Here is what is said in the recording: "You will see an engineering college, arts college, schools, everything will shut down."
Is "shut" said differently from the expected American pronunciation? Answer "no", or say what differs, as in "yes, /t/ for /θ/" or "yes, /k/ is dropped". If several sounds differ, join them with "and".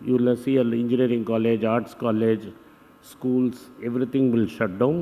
no